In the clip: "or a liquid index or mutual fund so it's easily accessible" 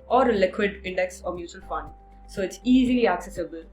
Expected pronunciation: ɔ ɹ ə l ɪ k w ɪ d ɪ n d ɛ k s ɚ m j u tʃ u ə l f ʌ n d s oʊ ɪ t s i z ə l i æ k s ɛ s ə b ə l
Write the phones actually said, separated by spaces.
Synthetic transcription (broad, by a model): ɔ ɹ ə l ɪ k w ɪ d ɪ n d ɛ k s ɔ m j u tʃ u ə l f ʌ n d s oʊ ɪ t s i z ə l i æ k s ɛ s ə b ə l